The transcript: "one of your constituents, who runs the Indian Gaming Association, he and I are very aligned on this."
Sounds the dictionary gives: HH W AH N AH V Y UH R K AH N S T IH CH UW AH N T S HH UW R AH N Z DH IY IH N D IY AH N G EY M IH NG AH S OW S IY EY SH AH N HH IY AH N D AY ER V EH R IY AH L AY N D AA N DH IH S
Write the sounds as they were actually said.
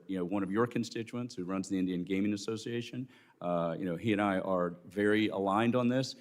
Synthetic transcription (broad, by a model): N W AH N AH V Y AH R K AH N S T IH CH UW AH N T S HH UW R AH N Z DH IY IH N D IY AH N G EY M IH NG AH S OW S IY EY SH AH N HH IY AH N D AY ER V EH R IY AH L AY N D N DH IH S